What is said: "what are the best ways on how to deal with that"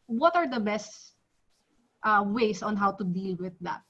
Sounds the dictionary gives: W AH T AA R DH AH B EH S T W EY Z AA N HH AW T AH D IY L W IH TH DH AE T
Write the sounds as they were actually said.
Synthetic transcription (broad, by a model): W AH T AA R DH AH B EH S T W EY S AA N HH AW T AH D IY L W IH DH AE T